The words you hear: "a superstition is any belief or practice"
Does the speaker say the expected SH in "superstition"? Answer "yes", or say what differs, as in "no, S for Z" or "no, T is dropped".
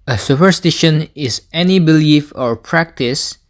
yes